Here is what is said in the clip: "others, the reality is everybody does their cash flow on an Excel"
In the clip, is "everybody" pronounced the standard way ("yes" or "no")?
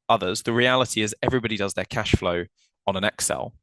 yes